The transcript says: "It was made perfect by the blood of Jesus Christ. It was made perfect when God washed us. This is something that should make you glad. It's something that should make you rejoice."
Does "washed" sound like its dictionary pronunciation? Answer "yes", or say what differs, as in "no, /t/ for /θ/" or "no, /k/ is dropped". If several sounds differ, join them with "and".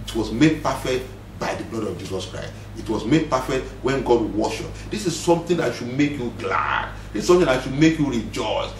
no, /t/ is dropped